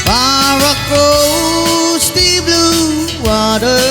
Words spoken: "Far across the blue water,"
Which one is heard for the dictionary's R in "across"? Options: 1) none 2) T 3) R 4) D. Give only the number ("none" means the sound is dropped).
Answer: 1